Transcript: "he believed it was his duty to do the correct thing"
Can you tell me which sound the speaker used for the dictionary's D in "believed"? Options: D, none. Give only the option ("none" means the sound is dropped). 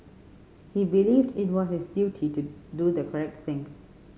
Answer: D